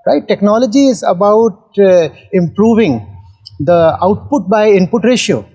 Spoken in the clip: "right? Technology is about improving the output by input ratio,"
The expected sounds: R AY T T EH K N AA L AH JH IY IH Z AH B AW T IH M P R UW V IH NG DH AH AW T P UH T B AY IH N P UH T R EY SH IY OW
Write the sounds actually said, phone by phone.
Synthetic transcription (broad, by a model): R AY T T EH K N AA L AH JH IY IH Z AH B AW T IH M P R UW V IH NG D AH AW T P UH T B AY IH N P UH T R EY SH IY OW